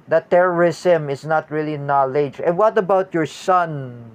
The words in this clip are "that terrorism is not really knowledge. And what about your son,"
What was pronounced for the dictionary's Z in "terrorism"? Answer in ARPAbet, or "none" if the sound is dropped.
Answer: S